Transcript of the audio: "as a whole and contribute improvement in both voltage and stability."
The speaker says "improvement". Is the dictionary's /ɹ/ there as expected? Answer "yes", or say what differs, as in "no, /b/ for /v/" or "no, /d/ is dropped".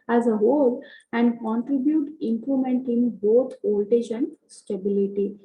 no, /l/ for /ɹ/